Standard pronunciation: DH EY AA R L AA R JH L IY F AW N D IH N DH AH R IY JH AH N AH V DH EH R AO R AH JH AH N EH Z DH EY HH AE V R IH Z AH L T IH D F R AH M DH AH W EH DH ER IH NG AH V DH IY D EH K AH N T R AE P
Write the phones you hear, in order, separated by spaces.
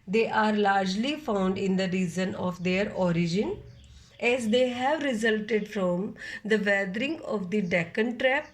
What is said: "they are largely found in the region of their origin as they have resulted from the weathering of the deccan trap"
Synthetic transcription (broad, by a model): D EY AA R L AA R JH L IY F AW N D IH N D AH R IY Z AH N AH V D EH R AO R AH JH AH N EH Z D EY HH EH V R IH Z AH L T IH D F R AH M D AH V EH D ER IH NG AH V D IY D EH K AH N T R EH P